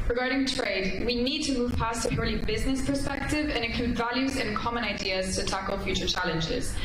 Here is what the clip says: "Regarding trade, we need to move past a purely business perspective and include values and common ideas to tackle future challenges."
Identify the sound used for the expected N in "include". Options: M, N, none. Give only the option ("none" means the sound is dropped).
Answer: none